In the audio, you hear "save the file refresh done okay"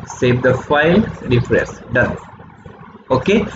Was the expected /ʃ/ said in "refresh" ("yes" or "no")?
no